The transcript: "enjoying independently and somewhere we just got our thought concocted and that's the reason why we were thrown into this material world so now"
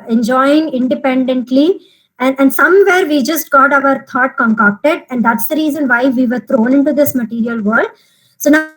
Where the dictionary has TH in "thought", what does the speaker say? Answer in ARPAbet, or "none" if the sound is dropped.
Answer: T